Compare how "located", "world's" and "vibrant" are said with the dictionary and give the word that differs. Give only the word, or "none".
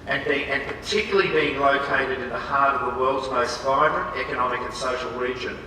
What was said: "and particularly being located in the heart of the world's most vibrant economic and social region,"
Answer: none